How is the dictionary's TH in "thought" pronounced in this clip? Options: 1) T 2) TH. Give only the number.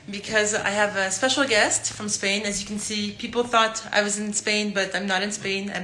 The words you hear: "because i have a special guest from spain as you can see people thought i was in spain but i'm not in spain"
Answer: 2